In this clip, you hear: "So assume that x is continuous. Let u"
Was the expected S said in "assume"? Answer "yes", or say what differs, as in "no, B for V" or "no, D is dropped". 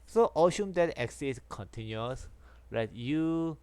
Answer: no, SH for S